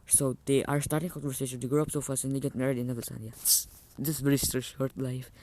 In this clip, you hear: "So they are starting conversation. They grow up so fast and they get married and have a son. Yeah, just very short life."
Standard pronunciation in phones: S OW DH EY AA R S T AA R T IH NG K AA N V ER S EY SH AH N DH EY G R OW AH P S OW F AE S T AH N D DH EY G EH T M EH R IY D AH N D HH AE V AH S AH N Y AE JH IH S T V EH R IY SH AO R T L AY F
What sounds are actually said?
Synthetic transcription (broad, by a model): S OW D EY AA R S T AA R T IH NG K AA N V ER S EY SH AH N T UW G R OW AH P S OW F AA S AH N D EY G EH T M EH R IY D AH N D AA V AH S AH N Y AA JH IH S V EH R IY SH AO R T L AY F